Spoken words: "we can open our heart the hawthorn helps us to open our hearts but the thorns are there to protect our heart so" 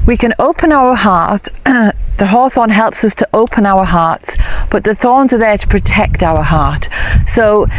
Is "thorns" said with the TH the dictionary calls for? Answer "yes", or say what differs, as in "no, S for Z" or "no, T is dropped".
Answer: yes